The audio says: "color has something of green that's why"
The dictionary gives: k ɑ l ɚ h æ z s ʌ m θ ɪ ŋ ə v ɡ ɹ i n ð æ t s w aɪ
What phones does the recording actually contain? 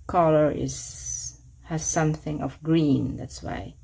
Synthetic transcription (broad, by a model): k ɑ l ɚ h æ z s ʌ m θ ɪ ŋ ə v ɡ ɹ i n ð æ t s w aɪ